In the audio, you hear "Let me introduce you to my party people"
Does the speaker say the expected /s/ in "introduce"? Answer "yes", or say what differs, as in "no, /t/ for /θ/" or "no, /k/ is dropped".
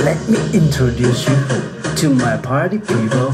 yes